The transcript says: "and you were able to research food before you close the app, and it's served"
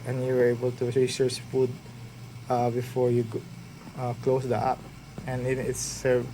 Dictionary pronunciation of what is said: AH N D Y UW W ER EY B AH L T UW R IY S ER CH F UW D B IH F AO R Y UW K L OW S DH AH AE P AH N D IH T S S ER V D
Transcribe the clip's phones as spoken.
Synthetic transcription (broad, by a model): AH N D Y UW W ER EY B AH L T UW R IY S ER S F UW D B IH F AO R Y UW K L OW S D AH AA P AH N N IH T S S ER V